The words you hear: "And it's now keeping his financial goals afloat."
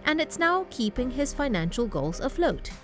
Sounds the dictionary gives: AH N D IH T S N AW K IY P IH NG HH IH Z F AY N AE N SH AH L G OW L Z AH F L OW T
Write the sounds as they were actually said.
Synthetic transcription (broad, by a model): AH N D IH T S N AW K IY P IH NG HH IH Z F AY N AE N SH AH L G OW L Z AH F L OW T